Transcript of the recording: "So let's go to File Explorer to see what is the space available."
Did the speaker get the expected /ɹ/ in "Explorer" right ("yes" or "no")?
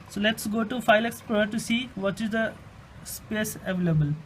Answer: no